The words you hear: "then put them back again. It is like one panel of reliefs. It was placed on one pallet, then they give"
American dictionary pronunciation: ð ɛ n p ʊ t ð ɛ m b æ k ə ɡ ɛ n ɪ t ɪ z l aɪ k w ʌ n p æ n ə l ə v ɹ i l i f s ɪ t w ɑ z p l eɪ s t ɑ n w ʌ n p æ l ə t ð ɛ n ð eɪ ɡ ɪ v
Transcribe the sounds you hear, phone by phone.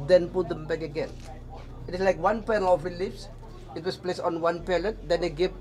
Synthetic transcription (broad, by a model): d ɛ n p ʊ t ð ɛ m b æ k ə ɡ ɛ n ɪ t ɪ s l aɪ k w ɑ n p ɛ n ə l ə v ɹ i l i f s ɪ t w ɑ s p l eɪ s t ɑ n w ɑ n p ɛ l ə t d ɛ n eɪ ɡ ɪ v